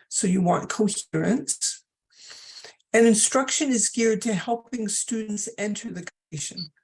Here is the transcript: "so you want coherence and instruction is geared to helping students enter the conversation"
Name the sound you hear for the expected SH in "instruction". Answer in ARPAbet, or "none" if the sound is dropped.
SH